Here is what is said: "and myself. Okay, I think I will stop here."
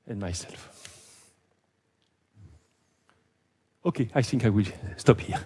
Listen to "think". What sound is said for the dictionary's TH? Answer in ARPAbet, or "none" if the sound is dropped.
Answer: TH